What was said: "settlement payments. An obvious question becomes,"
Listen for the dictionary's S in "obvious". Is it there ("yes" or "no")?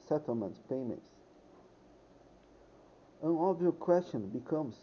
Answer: no